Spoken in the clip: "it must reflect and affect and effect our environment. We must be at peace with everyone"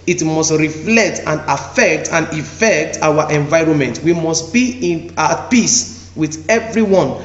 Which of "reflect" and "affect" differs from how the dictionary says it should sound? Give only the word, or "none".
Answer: none